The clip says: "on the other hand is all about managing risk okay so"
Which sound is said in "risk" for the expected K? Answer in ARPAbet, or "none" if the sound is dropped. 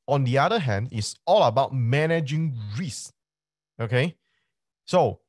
none